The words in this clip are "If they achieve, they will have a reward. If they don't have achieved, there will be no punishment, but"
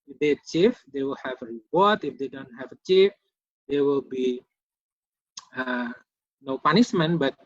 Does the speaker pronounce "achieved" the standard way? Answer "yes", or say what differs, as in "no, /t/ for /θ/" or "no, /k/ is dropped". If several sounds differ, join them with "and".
no, /f/ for /v/